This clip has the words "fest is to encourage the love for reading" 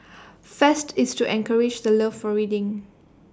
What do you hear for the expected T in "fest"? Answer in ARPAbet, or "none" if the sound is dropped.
T